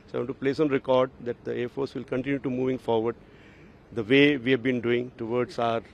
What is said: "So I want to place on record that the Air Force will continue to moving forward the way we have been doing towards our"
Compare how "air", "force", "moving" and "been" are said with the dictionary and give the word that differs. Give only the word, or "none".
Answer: none